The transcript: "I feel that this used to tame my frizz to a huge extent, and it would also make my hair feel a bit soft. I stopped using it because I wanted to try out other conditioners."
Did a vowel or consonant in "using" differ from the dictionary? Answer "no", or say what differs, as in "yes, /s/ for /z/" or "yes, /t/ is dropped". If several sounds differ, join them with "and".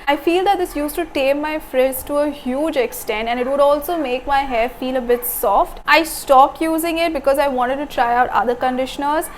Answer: no